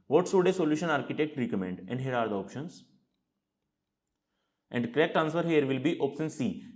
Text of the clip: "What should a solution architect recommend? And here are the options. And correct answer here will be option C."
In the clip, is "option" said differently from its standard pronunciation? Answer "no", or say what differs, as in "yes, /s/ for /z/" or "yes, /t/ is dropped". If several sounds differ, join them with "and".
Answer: yes, /s/ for /ʃ/